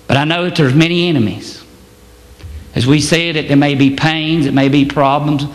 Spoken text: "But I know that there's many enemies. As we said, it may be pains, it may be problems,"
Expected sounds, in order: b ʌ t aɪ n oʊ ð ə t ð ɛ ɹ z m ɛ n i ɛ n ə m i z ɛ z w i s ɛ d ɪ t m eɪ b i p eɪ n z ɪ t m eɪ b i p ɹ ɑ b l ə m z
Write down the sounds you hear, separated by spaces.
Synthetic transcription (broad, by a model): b ʌ t aɪ n oʊ ð ə t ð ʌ ɹ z m ɛ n i ɛ n ə m i z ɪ z w i s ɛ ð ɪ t m eɪ b i p eɪ n z ɪ t m eɪ b i p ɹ ɑ b l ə m z